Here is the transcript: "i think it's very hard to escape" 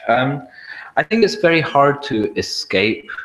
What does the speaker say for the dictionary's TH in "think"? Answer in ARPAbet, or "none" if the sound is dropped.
TH